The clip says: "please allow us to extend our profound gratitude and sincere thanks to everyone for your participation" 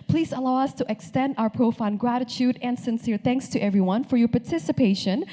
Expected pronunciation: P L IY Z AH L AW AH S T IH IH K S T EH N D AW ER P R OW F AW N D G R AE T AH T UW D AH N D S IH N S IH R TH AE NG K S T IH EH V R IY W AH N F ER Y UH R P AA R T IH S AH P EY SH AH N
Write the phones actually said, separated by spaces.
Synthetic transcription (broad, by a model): P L IY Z AH L AW AH S T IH IH K S T EH N D AW ER P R OW F AW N G R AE T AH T UW D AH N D S IH N S IH R TH AE NG K S T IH EH V R IY W AH N F ER Y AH R P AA R T IH S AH P EY SH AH N